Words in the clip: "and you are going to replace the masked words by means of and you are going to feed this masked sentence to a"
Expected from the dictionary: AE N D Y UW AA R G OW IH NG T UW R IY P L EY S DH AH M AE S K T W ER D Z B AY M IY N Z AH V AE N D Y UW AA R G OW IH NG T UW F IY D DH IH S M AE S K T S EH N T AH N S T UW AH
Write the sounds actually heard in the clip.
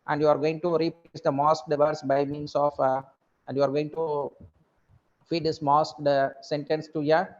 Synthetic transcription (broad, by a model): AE N D Y UW AA R G OW IH NG T UW R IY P EY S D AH M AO S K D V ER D S B AY M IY N S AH F AE N D Y UW AA R G OW IH NG T UW F IY D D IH S M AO S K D S EH N T AH N S T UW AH